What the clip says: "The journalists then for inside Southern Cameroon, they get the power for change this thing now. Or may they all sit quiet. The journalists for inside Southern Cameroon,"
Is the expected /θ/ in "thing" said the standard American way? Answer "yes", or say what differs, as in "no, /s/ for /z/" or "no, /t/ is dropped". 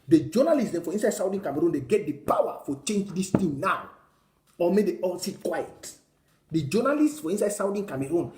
no, /t/ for /θ/